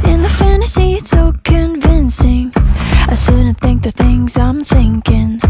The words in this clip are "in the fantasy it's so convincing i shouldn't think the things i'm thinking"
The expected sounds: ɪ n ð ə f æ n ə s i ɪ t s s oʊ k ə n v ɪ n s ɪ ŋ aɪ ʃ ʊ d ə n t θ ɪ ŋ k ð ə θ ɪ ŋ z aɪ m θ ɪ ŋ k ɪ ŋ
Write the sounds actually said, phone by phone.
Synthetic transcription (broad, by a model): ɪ n ð ə f æ n ə s i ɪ t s s oʊ k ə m v ɪ n s ɪ ŋ aɪ s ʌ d n θ ɪ ŋ k ð ə θ ɪ ŋ z aɪ m θ ɪ ŋ k ɪ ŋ